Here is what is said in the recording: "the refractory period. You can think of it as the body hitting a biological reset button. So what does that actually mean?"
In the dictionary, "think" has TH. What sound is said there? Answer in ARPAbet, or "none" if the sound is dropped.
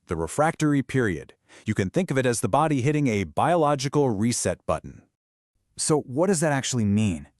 TH